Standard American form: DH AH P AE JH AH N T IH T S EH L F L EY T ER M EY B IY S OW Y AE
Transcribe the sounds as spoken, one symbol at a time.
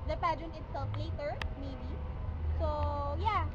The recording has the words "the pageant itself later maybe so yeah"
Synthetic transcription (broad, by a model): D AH P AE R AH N IH T S EH L F L EY T ER M EY B IY S OW Y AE